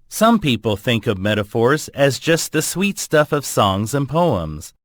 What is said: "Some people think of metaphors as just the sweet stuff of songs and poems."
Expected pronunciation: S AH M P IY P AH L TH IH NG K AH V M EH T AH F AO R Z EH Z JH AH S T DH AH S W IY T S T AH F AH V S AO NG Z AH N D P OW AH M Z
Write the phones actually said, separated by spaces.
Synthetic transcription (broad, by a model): S AH M P IY P L TH IH NG K AH V M EH T AH F AO R Z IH Z JH AH S T DH AH S W IY T S T AH F AH V S AO NG Z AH N P OW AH M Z